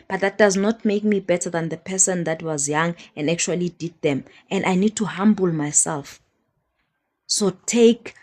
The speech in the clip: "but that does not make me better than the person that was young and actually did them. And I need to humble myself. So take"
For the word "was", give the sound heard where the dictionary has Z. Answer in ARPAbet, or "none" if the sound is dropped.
Z